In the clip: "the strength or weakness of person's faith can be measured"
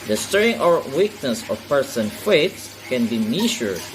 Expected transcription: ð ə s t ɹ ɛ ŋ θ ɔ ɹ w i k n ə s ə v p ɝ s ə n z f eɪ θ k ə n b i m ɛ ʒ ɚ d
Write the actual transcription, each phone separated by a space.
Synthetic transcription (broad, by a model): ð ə s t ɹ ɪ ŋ ɔ ɹ w i k n ə s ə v p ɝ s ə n f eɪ s k ə n b i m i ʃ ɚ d